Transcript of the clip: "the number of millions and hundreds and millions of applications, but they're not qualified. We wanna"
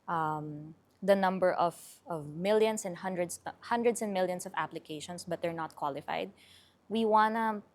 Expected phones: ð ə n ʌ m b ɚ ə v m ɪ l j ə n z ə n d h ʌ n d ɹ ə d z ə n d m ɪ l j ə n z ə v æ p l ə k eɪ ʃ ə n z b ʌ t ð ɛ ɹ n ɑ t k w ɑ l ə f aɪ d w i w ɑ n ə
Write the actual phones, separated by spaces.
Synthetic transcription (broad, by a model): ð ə n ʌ m b ɚ ə v m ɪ l j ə n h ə n d h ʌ n d ɹ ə d s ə n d m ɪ l j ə n s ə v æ p l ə k eɪ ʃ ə n s b ʌ t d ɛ ɹ n ɑ t k w ɑ l ə f aɪ d w i w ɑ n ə